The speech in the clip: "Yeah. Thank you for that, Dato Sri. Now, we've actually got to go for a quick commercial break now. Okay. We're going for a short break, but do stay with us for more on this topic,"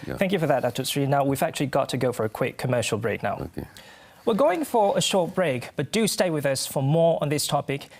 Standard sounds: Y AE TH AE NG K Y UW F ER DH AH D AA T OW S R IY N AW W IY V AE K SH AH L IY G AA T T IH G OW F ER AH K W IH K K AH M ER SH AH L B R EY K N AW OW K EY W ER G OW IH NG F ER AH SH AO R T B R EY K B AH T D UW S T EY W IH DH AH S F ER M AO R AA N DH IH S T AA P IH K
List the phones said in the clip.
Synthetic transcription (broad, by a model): TH AE NG K Y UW F ER DH AH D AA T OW S R IY N AW W IY V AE K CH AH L IY G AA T T IH G OW F ER AH K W IH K K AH M ER SH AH L B R EY K N AW W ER G OW IH NG F ER AH SH AO R T B R EY K B AH T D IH S T EY W IH DH AH S F ER M AO R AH N DH IH S T AA P IH K